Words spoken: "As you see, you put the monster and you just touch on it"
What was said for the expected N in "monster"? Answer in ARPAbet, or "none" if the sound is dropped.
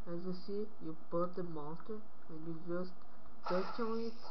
none